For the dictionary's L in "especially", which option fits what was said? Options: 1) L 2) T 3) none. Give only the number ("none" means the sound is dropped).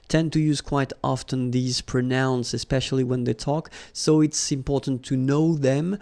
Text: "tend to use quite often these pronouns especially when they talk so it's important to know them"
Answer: 1